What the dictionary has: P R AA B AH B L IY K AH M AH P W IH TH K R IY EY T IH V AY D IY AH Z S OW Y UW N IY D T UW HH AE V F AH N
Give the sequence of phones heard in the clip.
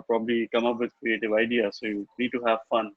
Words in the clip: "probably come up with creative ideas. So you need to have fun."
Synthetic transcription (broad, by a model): P R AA B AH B L IY K AH M AH P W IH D K R IY EY T IH V AY D IY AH S OW Y UW N IY D T UW HH AE V F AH N